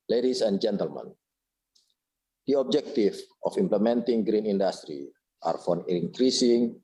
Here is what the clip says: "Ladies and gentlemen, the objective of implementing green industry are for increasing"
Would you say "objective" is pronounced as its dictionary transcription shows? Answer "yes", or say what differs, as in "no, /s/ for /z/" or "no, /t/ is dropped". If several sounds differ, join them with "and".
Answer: no, /f/ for /v/